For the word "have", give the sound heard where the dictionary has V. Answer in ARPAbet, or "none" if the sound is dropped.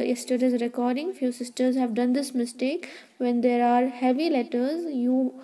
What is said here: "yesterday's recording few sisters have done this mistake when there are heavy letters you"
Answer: V